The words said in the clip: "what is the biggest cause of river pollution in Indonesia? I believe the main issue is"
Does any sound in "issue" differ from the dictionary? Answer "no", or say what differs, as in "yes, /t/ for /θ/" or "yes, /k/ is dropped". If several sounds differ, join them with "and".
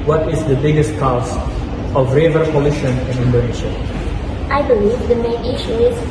no